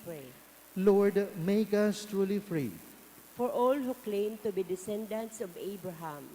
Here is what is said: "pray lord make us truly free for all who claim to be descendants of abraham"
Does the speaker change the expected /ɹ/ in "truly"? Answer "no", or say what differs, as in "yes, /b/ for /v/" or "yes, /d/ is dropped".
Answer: no